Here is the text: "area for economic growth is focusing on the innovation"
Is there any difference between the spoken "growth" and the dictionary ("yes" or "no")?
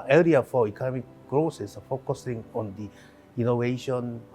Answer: yes